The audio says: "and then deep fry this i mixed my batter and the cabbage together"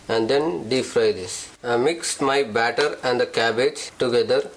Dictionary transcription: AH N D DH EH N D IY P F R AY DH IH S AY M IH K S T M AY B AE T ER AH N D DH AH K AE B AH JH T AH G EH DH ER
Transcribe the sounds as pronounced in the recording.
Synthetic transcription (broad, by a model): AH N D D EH N D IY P F R AY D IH S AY M IH K S T M AY B AE T ER AH N D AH K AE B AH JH T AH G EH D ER